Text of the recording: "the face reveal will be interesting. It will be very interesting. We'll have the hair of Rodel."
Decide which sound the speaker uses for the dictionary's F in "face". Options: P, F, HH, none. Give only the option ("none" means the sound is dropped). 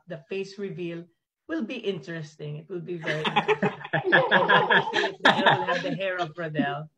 F